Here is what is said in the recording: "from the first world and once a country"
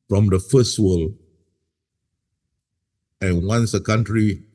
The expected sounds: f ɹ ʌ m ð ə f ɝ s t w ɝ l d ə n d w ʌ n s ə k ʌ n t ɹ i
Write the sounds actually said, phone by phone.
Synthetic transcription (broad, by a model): f ɹ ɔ m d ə f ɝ s t w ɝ l ə n w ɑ n s ə k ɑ n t ɹ i